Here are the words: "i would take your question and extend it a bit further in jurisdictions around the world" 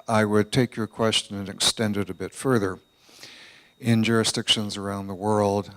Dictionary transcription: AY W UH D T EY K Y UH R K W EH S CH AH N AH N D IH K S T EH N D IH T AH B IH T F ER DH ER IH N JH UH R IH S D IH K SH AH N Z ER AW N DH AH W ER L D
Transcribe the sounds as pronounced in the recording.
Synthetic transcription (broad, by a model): AY W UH D T EY K Y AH R K W EH S CH AH N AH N IH K S T EH N D IH T AH B IH T F ER DH ER IH N JH UH R IH S D IH K SH AH N Z ER AW N DH AH W ER L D